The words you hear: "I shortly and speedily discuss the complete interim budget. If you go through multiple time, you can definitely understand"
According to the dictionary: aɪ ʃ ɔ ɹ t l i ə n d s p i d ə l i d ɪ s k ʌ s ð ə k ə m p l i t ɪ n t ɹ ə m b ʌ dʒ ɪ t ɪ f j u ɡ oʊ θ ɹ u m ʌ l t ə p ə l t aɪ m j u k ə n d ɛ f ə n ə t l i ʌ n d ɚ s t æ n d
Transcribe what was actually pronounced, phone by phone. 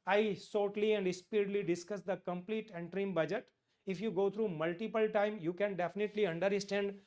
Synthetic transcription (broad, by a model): aɪ s ɔ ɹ t l i ə n d s p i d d l i d ɪ s k ʌ s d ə k ə m p l i t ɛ n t ɹ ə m b ʌ dʒ ɪ t ɪ f j u ɡ oʊ t ɹ u m ʌ l t ə p ə l t aɪ m j u k ə n d ɛ f ə n ə t l i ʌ n d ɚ s t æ n d